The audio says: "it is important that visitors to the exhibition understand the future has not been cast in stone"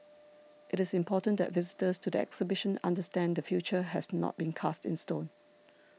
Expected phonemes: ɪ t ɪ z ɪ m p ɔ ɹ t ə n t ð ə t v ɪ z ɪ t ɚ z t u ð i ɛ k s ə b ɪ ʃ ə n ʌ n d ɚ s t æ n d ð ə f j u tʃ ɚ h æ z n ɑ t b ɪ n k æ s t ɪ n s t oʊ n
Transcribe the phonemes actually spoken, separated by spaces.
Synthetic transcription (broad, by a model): ɪ t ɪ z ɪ m p ɔ t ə n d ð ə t v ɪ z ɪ t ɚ s t u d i ɛ k s ə b ɪ ʃ ə n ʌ n d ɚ s t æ n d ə f j u tʃ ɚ h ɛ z n ɑ t b ɪ n k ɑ s t ɪ n s t oʊ n